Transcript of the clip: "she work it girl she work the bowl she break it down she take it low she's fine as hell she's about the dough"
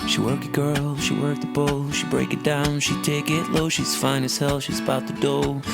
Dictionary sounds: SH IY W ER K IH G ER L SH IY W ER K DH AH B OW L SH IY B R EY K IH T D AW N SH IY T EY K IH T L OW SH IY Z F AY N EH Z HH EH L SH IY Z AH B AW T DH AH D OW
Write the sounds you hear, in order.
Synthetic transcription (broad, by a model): SH IY W ER K IH G ER L SH IY W ER K DH AH B OW L SH IY B R EY K IH T D AW N SH IY T EY K IH T L OW SH IY Z F AY N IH S HH EH L SH IY Z AH B AW T DH AH D OW